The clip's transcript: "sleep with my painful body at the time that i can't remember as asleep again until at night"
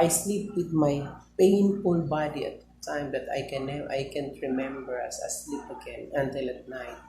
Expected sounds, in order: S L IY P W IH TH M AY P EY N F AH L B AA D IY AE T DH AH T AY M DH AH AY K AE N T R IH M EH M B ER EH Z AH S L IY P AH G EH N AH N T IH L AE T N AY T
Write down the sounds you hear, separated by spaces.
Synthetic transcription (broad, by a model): S L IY P W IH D M AY P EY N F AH N B AA D IY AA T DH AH T AY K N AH AY K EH N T R IH M EH M B ER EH S AH S L IY P AH G EH N AH N T IH L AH T N AY T